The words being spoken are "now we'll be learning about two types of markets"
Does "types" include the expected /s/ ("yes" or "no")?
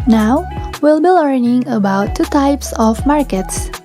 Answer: yes